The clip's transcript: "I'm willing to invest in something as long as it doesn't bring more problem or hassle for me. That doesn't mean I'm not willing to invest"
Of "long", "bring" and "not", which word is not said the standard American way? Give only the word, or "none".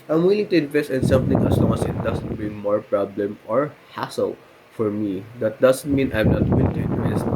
bring